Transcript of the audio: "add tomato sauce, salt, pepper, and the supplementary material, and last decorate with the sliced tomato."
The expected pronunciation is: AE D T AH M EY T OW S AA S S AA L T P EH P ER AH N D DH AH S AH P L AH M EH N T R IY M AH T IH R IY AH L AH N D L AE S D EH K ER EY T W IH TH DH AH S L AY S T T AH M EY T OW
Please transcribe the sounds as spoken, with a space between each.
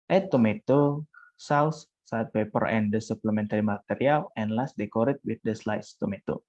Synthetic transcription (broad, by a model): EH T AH M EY T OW S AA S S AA T P EH P ER AH N D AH S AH P L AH M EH N T R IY M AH T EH R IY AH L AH N L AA S D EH K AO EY T W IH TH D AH S L AY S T T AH M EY T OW